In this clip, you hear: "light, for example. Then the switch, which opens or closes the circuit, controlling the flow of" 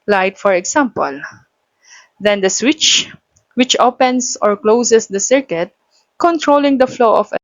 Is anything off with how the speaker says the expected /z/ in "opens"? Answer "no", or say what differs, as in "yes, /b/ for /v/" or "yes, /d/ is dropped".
yes, /s/ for /z/